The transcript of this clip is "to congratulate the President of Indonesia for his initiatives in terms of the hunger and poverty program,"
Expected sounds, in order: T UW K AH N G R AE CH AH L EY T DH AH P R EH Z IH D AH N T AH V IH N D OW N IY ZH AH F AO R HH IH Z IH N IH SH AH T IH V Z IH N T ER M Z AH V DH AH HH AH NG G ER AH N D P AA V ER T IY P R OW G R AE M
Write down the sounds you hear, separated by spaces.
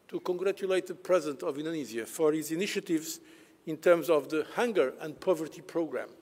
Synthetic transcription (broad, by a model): T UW K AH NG G R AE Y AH L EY T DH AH P R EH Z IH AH N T AH V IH N D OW N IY Z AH F AO R HH IH Z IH N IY SH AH T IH V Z IH N T ER M Z AH V DH AH HH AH NG G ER AH N D P AA V ER T IY P R OW G R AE M